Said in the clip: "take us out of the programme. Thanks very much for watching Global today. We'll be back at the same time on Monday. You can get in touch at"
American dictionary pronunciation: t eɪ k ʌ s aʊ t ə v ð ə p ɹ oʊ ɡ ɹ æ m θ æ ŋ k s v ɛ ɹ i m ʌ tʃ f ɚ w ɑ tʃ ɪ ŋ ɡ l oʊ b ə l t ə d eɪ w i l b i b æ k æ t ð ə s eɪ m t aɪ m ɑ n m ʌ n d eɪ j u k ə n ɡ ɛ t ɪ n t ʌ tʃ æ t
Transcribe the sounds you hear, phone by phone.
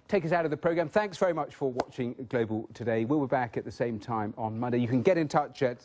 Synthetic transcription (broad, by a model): t eɪ k ʌ s aʊ t ə v ð ə p ɹ oʊ ɡ ɹ æ m θ æ ŋ k s v ɛ ɹ i m ʌ tʃ f ɚ w ɑ tʃ ɪ ŋ ɡ l oʊ b ə l t ə d eɪ w i l b i b æ k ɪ t ð ə s eɪ m t aɪ m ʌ n m ʌ n d eɪ j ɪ k ə n ɡ ɛ t ɪ n t ʌ tʃ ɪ t